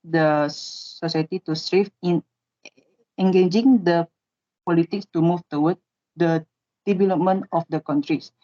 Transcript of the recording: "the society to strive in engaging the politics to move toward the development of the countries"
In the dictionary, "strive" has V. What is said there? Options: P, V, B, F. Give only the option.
F